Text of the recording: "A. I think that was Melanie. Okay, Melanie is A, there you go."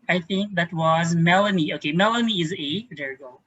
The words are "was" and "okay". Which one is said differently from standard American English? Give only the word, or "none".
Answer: none